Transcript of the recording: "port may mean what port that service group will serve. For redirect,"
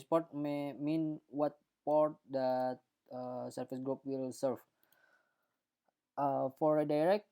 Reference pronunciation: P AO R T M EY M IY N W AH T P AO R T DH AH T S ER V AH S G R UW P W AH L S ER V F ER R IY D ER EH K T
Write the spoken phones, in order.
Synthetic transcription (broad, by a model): P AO R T M EY M IY N W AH T P AO R T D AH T S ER F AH S G R UW P W AH L S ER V F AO R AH D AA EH K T